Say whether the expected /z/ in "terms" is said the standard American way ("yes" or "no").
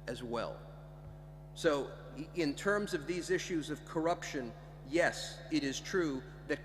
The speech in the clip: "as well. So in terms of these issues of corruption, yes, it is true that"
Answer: yes